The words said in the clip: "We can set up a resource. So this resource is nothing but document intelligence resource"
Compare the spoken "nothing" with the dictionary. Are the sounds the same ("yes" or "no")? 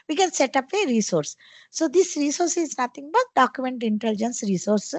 no